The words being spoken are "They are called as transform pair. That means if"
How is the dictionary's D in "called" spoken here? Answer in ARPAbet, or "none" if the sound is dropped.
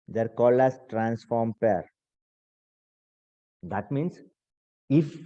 none